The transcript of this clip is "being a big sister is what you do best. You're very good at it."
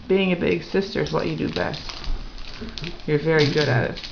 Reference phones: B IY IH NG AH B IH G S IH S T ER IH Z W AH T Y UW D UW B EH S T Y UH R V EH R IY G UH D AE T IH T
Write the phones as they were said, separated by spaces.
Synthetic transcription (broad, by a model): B IY IH NG AH B IH G S IH S T ER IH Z W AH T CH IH D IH B EH S T Y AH R V EH R IY G UH D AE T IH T